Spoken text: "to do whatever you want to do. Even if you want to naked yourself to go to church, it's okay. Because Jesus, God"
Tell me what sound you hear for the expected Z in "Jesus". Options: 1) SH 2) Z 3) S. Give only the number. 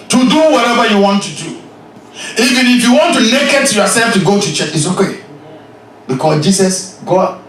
3